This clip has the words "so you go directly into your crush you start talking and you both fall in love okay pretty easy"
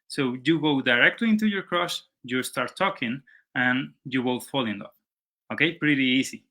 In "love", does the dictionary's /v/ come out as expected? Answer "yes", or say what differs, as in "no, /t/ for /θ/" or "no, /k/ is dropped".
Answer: no, /v/ is dropped